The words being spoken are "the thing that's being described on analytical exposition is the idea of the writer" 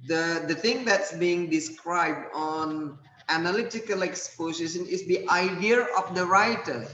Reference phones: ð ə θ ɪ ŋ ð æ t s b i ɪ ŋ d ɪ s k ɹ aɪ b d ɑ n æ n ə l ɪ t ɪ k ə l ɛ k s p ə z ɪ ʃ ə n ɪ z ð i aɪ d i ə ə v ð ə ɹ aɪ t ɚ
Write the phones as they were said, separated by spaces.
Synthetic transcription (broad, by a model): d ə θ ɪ ŋ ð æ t s b i ɪ ŋ d ɪ s k ɹ aɪ b d ɑ n æ n ə l ɪ t ɪ k ə l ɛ k s p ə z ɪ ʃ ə n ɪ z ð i aɪ d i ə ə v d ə ɹ aɪ t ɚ